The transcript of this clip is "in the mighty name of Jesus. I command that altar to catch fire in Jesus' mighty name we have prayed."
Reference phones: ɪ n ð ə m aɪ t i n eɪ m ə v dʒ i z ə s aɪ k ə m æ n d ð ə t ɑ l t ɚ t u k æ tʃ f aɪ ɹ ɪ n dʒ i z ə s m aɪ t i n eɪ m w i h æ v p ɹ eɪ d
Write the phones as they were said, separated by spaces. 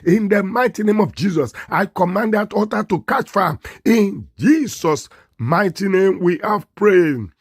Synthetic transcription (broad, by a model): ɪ n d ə m aɪ t i n eɪ m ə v dʒ i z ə s aɪ k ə m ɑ n d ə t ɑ t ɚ t u k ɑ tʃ f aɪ ɪ n dʒ i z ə s m aɪ t i n eɪ m w i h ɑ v p ɹ eɪ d